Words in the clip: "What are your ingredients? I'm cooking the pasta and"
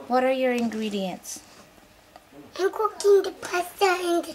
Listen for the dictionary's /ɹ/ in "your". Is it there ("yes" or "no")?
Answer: yes